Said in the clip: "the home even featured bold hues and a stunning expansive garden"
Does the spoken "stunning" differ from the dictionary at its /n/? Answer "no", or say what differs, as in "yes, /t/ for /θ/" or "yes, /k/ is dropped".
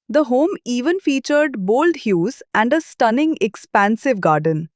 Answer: no